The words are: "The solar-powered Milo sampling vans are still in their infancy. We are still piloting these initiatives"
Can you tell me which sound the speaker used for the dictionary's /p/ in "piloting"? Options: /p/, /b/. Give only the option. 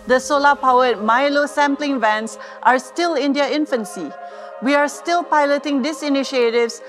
/p/